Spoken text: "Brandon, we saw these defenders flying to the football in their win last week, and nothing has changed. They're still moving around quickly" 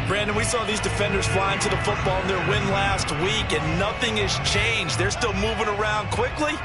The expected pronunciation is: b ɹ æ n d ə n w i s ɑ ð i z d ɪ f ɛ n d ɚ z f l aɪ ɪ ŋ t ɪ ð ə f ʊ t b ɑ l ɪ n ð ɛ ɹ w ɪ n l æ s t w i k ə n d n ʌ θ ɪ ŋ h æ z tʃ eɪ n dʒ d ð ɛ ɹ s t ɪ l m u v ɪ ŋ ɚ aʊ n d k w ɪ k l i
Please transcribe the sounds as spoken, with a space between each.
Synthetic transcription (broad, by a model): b ɹ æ n d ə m w i s ɑ ð i z d ɪ f ɛ n d ɚ z f l aɪ ɪ ŋ t ɪ ð ə f ʊ t b ɑ l ɪ n ð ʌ ɹ w ɪ n l æ s t w i k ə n n ʌ θ ɪ ŋ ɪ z tʃ eɪ n dʒ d ð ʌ ɹ s t ɪ l m u v ɪ ŋ ɚ aʊ n d k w ɪ k l i